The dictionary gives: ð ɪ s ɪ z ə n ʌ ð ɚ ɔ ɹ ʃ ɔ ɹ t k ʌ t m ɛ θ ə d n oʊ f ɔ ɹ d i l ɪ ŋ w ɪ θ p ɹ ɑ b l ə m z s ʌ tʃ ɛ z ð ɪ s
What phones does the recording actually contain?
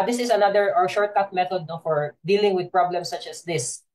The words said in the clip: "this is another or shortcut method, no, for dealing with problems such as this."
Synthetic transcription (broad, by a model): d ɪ s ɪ s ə n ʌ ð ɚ ɔ ɹ ʃ ɔ ɹ t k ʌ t m ɛ t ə d n oʊ f ɔ ɹ d i l ɪ ŋ w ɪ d p ɹ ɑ b l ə m s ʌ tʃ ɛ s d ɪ s